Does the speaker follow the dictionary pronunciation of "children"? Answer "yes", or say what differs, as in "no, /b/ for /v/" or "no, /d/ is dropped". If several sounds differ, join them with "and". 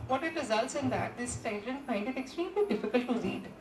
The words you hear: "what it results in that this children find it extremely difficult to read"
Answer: no, /l/ is dropped